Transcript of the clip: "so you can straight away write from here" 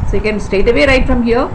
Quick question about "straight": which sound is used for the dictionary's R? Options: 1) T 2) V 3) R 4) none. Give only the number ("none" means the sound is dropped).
4